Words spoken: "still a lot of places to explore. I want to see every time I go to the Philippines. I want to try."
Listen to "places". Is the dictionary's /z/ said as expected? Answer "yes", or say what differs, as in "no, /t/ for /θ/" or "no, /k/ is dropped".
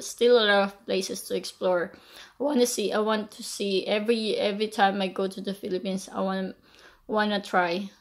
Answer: no, /s/ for /z/